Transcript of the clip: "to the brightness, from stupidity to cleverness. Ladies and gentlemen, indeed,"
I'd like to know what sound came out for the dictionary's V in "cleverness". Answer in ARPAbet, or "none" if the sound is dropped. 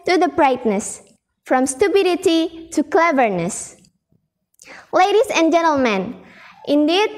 V